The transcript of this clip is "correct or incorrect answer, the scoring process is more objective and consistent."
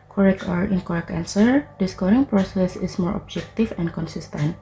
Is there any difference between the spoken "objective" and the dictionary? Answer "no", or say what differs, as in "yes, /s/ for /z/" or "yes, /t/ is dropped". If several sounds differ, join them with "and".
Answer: yes, /f/ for /v/